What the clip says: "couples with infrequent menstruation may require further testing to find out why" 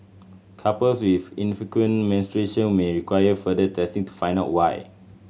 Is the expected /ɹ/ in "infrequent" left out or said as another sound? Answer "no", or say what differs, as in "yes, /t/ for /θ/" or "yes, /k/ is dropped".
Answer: yes, /ɹ/ is dropped